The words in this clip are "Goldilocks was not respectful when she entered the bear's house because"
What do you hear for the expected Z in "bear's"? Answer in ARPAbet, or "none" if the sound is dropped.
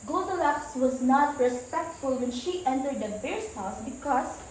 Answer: S